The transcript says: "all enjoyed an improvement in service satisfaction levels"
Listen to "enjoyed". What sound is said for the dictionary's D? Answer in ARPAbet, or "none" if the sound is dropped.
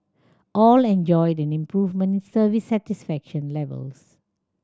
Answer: D